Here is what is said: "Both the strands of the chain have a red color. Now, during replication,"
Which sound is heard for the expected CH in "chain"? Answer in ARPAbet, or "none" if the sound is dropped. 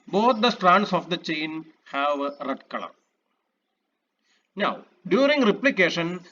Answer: CH